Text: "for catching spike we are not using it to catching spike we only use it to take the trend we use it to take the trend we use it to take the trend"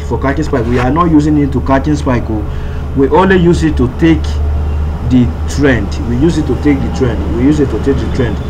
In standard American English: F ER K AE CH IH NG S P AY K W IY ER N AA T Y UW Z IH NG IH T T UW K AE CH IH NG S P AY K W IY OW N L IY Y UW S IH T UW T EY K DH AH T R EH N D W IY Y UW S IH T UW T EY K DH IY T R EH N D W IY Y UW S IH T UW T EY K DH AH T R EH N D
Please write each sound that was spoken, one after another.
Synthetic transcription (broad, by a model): F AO K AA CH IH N S P AY K W IY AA N AA T Y UW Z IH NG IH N T UW K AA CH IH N S P AY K W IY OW L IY Y UW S IH T UW T EY K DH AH T R EH N D W IY Y UW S IH T UW T EY K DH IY T R EH N D W IY Y UW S IH T UW T EY K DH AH T R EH N D